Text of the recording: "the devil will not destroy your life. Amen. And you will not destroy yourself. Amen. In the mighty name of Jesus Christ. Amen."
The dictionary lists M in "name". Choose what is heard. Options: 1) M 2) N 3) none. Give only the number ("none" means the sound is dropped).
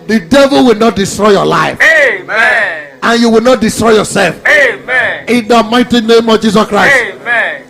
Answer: 1